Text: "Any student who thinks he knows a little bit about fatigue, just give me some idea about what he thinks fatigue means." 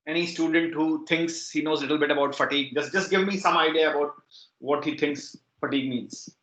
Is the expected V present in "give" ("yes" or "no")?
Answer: yes